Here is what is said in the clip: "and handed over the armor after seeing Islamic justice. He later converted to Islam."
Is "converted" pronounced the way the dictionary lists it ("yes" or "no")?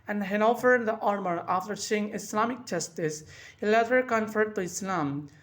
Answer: no